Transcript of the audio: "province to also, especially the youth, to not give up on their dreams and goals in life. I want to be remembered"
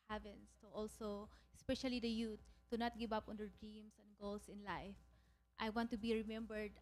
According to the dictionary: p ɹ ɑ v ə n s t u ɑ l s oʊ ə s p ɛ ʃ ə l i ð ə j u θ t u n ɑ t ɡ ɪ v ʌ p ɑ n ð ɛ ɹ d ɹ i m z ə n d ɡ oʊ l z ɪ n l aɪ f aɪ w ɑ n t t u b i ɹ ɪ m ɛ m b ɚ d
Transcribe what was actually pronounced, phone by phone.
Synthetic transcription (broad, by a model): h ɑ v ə n s t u ɑ l s oʊ ə s p ɛ ʃ ə l i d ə j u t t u n ɑ t ɡ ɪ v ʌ p ɑ n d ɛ ɹ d ɹ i m s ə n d ɡ oʊ l s ɪ n l aɪ f aɪ w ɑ n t t u b i ɹ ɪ m ɛ m b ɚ d